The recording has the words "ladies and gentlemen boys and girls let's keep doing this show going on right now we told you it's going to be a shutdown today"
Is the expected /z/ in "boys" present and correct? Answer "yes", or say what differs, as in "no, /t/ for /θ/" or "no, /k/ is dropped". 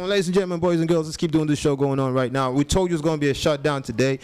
yes